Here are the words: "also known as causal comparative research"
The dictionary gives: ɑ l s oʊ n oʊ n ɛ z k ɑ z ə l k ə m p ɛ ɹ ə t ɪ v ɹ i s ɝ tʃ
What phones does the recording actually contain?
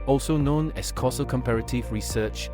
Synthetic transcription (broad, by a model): ɑ l s oʊ n oʊ n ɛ s k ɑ s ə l k ə m p ɛ ɹ ə t ɪ v ɹ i s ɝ tʃ